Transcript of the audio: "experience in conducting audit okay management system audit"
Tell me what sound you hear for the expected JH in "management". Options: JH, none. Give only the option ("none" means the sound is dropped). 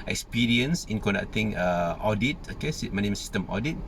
none